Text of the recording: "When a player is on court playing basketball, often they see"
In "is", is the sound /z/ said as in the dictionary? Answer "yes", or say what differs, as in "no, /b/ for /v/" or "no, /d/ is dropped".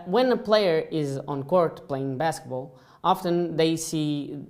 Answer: yes